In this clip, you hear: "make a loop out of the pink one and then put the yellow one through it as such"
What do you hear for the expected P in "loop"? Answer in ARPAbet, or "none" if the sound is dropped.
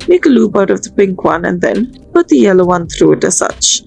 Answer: B